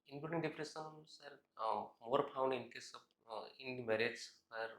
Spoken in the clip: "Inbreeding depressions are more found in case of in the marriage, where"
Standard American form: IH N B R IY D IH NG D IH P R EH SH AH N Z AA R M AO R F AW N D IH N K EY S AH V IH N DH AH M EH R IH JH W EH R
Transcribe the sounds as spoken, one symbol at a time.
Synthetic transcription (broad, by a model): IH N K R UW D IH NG D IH P R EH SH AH N S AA R M AO R P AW N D IH N K EY S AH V IH N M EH R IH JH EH R